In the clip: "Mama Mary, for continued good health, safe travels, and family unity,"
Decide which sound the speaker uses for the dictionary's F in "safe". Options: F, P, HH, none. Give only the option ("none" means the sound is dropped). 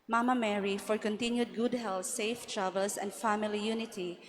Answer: F